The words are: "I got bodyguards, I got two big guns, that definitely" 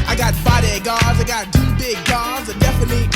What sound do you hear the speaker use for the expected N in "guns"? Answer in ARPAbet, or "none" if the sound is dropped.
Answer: none